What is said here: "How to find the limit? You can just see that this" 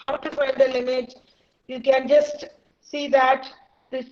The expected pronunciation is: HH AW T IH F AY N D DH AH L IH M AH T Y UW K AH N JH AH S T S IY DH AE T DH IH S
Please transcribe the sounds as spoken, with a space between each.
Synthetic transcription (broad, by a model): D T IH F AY D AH L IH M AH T Y UW K AH N JH AH S T S IY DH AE T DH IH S